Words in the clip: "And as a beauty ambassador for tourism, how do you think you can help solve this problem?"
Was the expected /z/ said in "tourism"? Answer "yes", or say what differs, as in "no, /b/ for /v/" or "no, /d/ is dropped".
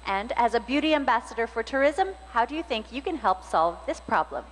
yes